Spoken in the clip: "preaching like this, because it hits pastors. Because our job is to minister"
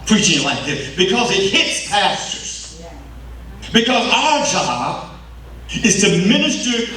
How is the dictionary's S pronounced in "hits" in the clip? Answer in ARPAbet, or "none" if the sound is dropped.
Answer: S